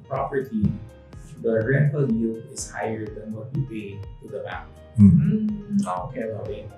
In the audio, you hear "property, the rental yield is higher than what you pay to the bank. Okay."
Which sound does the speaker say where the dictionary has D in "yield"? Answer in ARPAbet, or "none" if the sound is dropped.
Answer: none